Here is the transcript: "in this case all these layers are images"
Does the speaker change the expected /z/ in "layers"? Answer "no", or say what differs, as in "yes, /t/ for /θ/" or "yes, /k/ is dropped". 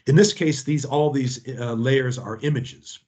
no